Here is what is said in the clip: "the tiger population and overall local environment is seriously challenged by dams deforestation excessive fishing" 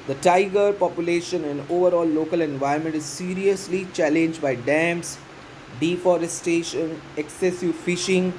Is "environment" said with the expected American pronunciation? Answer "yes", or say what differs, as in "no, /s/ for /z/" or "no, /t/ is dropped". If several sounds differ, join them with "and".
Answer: no, /ɹ/ is dropped